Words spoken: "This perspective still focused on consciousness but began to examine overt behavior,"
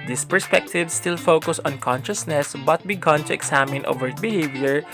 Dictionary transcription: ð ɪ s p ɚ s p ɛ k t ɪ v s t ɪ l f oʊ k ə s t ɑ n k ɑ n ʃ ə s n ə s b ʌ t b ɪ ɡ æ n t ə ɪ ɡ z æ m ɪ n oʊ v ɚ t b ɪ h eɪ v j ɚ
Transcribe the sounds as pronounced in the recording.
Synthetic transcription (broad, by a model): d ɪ s p ɚ s p ɛ k t ɪ v s t ɪ l f oʊ k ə s ɑ n k ɑ n ʃ ə s n ə s b ʌ t b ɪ ɡ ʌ n t ə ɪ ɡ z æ m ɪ n oʊ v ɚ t b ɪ h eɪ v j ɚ